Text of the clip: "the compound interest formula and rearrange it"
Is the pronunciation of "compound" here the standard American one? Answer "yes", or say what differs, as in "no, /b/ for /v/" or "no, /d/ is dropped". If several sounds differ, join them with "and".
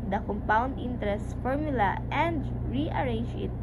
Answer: yes